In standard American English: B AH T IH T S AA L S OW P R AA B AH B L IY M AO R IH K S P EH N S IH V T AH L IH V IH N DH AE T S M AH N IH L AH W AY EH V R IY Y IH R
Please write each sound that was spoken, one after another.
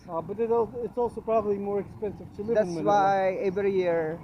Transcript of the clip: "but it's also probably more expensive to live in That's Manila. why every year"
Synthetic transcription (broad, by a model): B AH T IH T S AA L S OW P R AA B AH B L IY M AO R IH K S P EH N S IH V T AH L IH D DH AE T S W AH IH AH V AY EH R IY Y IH R